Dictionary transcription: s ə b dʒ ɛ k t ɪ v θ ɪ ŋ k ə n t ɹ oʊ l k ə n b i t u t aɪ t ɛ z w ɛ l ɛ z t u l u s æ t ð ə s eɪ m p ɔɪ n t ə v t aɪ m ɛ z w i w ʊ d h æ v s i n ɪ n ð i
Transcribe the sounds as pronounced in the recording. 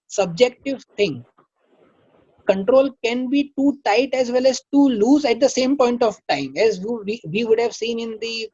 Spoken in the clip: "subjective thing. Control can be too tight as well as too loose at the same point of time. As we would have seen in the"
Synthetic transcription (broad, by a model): s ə b dʒ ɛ k t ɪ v t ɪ ŋ k ə n t ɹ oʊ l k ə n b i t u t aɪ t ɛ z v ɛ l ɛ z t u l u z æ t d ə s eɪ m p ɔɪ n t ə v t aɪ m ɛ z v i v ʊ d h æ v s i n ɪ n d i